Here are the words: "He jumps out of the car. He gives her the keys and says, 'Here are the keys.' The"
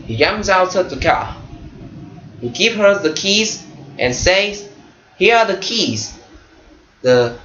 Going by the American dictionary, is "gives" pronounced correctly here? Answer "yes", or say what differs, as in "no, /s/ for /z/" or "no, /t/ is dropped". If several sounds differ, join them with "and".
no, /z/ is dropped